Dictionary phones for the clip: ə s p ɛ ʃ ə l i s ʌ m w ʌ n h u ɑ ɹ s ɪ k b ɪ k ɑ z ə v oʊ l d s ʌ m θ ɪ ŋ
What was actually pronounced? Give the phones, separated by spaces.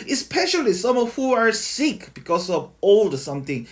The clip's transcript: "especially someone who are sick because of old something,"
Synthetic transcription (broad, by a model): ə s p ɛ ʃ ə l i s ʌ m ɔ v h u ɑ ɹ s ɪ k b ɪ k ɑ s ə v oʊ l d s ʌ m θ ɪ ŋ